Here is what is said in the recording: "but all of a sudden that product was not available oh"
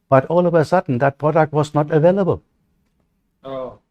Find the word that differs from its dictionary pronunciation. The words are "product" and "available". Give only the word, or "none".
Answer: none